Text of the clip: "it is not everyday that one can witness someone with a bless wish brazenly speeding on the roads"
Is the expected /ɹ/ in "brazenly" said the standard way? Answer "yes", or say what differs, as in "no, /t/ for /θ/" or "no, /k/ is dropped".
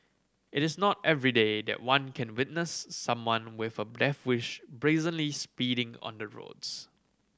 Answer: yes